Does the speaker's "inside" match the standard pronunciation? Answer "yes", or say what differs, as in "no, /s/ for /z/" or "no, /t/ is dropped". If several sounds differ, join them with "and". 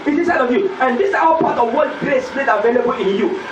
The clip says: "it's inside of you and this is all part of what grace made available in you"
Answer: no, /n/ is dropped